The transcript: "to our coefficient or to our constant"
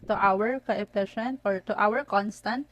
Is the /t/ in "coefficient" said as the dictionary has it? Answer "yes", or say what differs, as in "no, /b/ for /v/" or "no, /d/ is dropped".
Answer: no, /t/ is dropped